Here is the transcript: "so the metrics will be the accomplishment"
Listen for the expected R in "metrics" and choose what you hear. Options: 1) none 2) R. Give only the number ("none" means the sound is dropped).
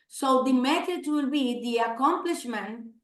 1